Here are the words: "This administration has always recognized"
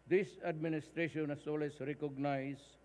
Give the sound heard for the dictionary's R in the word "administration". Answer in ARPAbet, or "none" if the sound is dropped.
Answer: R